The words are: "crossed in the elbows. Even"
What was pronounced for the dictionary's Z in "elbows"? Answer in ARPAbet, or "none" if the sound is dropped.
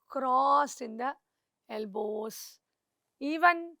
S